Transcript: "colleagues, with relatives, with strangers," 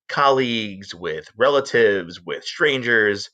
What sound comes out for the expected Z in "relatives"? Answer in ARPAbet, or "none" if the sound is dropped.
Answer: Z